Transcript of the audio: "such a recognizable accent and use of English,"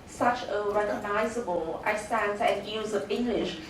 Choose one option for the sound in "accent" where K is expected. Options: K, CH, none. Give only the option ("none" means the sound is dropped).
none